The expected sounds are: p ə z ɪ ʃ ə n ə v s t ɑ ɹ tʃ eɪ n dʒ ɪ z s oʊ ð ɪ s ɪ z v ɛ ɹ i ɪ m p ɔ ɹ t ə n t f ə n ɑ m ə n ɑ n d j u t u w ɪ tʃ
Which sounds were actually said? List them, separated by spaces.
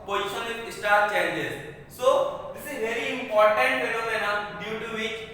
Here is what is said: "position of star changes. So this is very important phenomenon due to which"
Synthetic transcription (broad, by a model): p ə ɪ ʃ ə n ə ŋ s t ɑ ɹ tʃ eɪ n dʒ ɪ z s oʊ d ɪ s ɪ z v ɛ ɹ i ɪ m p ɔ ɹ t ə n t p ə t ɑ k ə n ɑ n d j u t u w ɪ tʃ